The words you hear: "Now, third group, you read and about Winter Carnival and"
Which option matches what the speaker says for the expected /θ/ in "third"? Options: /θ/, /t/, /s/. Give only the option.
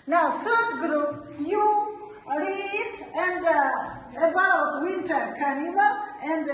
/s/